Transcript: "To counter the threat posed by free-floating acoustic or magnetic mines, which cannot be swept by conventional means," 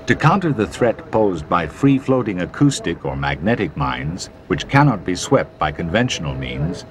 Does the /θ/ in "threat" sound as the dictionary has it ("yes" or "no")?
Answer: yes